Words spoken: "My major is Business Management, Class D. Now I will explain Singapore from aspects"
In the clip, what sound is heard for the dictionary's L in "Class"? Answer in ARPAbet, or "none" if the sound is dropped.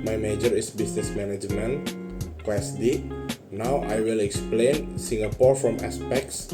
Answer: W